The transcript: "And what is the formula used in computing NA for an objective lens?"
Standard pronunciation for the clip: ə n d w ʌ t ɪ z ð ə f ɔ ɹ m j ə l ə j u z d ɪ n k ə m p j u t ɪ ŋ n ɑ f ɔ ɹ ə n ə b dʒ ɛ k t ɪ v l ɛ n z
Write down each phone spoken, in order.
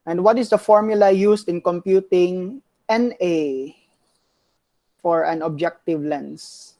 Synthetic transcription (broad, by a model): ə n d w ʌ t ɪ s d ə f ɔ ɹ m j ə l ə j u s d ɪ n k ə m p j u t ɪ ŋ n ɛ f ɔ ɹ ə n ə b dʒ ɛ k t ɪ v l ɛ n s